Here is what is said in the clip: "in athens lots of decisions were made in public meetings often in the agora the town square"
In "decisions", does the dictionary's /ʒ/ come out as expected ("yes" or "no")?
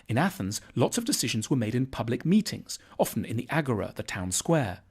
yes